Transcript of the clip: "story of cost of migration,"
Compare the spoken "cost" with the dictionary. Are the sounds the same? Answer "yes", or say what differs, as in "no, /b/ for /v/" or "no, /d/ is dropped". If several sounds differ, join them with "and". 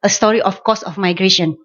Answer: no, /t/ is dropped